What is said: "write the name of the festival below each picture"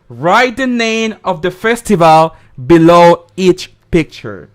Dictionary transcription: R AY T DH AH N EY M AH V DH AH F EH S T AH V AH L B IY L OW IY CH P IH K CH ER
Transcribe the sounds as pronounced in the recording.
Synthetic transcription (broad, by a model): R AY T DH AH N EY M AH V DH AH F EH S T AH V AH L B IY L OW IY CH P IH K CH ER